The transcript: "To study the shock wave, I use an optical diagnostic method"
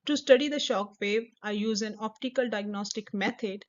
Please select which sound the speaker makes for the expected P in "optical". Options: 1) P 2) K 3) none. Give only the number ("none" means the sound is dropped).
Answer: 1